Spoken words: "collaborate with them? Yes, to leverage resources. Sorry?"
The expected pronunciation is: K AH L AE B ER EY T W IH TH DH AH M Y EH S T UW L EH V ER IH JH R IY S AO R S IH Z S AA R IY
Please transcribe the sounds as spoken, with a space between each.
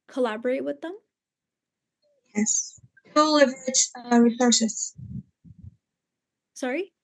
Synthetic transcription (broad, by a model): K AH L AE B ER EY T W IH DH AH M Y EH S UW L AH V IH CH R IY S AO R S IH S S AA R IY